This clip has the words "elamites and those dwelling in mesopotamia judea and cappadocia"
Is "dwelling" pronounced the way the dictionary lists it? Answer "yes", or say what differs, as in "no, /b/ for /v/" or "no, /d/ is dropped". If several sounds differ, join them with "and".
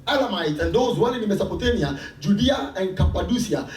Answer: no, /n/ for /l/